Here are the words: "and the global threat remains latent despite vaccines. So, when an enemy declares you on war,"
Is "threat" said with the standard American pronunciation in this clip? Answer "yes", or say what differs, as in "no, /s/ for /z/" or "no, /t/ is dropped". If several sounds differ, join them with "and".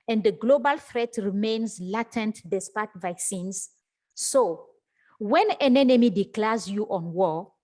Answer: no, /f/ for /θ/